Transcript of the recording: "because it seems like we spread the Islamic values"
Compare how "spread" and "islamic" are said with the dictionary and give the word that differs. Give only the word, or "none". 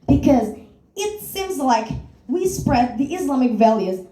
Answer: none